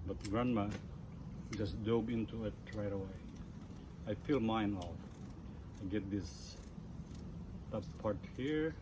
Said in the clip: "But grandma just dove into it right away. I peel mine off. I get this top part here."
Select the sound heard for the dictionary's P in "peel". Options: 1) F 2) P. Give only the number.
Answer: 1